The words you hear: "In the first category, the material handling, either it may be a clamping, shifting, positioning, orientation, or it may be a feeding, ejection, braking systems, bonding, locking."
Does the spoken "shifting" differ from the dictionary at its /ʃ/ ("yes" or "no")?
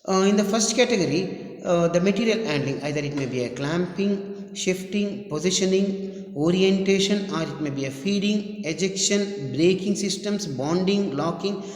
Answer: no